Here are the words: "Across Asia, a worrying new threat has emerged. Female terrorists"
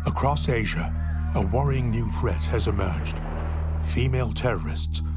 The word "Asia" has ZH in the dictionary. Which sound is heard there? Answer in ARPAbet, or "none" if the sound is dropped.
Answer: ZH